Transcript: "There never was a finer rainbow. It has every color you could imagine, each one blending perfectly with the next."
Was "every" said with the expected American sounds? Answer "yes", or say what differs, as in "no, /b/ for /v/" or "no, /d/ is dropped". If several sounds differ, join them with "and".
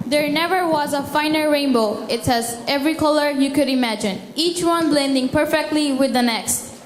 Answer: yes